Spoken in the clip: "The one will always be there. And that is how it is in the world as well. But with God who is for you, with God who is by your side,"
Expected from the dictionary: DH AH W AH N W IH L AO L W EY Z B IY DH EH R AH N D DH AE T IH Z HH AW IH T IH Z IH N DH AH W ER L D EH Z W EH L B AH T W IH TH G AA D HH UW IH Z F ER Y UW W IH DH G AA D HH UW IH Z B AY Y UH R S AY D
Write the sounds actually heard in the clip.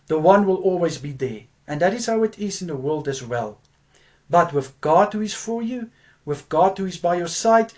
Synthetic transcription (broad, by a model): DH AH W AH N W IH L AO L W EY Z B IY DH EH R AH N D DH AE T IH Z HH AW IH T IH Z IH N DH AH W ER L D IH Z W EH L B AH T W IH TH G AA D HH UW IH Z F ER Y UW W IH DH G AA D HH UW IH Z B AY Y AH R S AY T